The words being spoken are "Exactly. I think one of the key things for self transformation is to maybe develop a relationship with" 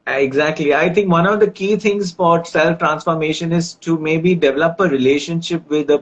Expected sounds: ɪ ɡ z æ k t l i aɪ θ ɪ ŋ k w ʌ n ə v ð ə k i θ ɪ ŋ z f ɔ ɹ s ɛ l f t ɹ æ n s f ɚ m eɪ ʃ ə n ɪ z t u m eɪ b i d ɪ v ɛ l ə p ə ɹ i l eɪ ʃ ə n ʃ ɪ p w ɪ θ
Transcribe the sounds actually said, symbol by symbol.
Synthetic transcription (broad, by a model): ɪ ɡ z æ k t l i aɪ t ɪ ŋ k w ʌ n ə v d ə k i t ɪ ŋ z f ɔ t s ɛ l f t ɹ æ n s f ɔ m eɪ ʃ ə n ɪ z t u m eɪ b i d ɪ v ɛ l ə p ə ɹ i l eɪ ʃ ə n ʃ ɪ p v ɪ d